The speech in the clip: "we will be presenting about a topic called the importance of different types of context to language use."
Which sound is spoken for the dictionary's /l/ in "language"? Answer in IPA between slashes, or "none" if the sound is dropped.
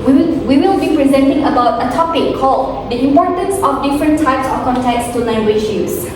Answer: /n/